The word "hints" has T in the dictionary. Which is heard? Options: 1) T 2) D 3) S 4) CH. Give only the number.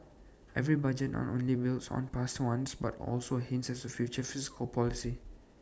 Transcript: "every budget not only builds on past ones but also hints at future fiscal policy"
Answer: 3